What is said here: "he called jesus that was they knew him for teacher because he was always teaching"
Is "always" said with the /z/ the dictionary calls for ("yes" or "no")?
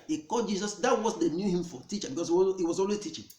no